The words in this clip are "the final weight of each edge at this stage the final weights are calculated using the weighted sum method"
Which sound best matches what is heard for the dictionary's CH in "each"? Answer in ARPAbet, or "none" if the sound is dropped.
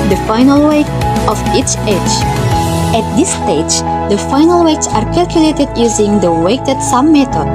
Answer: CH